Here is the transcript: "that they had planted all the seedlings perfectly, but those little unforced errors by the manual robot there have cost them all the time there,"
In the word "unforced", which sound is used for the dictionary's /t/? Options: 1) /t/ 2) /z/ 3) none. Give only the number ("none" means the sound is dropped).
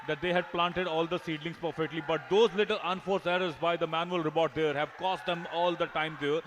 3